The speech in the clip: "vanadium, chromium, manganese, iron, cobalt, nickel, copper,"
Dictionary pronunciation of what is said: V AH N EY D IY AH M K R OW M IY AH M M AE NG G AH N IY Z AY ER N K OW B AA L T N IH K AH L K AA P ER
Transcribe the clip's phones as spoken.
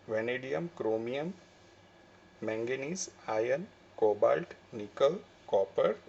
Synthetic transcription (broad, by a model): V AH N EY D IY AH M K R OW M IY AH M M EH NG G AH N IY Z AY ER N K OW B AA L T N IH K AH L K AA P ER